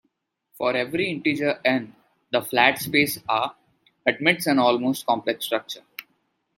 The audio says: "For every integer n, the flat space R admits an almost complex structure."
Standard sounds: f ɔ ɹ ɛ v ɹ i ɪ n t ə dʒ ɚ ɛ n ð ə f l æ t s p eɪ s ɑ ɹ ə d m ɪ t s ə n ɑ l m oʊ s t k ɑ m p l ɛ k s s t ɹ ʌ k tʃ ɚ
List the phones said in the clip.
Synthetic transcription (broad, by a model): f ɔ ɹ ɛ v ɹ i ɪ n t ə dʒ ɚ ɛ n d ə f l æ t s p eɪ s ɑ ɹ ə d m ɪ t s ə n ɑ l m oʊ s t k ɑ m p l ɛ k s s t ɹ ʌ k tʃ ɚ